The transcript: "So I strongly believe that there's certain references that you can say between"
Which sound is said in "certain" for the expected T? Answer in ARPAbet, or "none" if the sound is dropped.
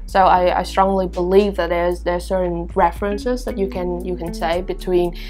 S